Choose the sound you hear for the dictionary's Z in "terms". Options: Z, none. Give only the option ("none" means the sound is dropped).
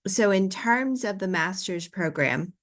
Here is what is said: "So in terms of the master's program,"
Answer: Z